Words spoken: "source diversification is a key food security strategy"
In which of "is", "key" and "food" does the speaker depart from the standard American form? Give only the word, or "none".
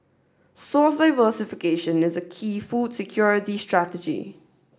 none